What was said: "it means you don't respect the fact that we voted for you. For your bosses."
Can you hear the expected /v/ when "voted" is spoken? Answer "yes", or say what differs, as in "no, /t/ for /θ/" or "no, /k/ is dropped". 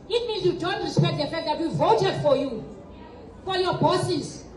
yes